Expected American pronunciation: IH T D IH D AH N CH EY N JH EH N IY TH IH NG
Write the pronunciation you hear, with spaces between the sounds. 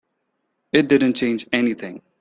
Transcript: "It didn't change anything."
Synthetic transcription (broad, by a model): IH T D IH D N CH EY N JH EH N IY TH IH NG